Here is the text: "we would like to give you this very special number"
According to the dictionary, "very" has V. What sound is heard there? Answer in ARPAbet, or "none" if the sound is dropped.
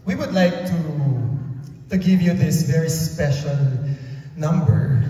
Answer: V